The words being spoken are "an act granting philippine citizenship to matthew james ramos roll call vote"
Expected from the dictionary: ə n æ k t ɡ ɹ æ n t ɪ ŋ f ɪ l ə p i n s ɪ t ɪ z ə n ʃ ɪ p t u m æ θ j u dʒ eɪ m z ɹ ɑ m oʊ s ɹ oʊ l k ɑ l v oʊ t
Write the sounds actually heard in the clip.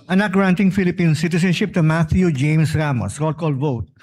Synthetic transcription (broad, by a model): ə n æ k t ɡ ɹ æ n t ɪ ŋ f ɪ l ə p i n s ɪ t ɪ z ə n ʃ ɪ p t u m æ t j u dʒ eɪ m s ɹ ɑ m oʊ s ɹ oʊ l k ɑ l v oʊ t